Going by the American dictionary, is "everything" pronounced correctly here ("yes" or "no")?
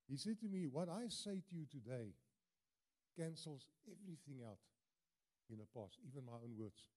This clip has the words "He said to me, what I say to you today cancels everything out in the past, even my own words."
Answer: yes